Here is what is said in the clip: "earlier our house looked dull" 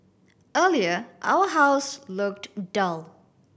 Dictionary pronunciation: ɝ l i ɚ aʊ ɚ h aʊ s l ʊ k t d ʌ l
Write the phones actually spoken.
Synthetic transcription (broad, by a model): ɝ l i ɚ aʊ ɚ h aʊ s l ʊ k t d ʌ l